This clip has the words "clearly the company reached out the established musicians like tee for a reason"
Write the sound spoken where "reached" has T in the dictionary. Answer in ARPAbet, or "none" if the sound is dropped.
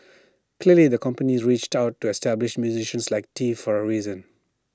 T